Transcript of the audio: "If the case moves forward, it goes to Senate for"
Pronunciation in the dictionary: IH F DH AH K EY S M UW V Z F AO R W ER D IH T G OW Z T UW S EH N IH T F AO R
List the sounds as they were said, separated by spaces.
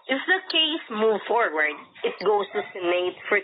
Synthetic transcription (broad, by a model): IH F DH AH K EY S M UW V F AO R W ER D IH T G OW S T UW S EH N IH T F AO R